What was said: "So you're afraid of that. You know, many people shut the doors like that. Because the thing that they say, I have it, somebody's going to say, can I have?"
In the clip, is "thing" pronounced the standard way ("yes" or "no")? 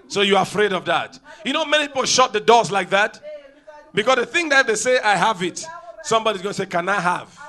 yes